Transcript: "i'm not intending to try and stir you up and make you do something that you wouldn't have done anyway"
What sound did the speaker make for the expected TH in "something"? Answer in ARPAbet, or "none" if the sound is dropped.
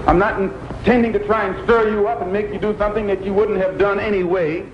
TH